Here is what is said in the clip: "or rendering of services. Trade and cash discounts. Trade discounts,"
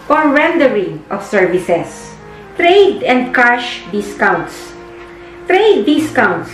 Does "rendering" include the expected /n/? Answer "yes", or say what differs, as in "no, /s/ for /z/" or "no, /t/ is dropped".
yes